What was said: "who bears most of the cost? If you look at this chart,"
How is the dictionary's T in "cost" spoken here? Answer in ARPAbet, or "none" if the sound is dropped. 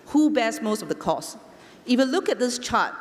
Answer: none